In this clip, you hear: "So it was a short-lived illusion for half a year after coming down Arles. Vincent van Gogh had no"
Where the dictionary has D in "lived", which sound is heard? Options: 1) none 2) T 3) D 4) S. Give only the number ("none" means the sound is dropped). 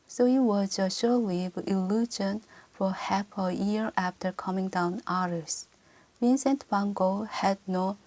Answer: 1